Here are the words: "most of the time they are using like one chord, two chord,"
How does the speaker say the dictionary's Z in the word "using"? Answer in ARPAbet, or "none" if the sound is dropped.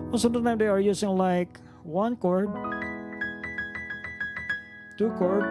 S